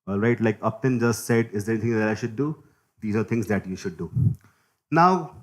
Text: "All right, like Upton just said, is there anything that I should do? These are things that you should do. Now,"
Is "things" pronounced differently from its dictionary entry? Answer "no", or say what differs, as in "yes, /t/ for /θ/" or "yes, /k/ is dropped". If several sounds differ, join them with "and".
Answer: yes, /t/ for /θ/